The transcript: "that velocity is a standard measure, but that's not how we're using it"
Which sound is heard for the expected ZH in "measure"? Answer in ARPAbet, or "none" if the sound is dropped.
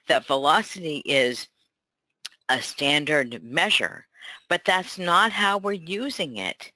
ZH